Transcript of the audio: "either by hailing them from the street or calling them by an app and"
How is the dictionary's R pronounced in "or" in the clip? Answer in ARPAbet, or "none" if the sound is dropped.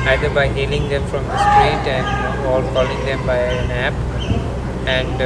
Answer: L